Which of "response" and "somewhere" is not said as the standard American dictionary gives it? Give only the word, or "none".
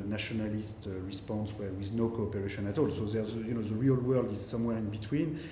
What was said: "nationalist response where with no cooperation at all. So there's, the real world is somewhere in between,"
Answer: none